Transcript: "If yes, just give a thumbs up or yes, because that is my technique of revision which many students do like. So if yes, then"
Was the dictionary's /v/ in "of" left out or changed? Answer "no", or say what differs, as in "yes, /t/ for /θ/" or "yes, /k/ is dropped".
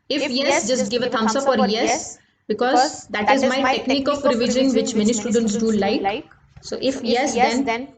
yes, /p/ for /v/